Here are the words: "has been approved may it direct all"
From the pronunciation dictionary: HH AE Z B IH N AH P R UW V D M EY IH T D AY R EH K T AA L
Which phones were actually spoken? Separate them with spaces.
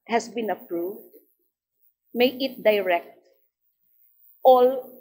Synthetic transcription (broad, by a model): HH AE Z B IH N AH P R UW V D M EY IH T D AY R EH K T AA L